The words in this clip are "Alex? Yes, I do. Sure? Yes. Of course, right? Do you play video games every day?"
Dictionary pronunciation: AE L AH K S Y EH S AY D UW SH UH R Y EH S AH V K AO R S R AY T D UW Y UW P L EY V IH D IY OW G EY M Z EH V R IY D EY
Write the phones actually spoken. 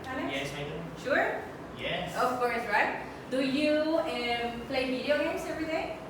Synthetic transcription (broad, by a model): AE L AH Y EH S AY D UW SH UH R Y EH S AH F K AO R S R AY T D UW Y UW P L EY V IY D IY OW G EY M S EH V R IY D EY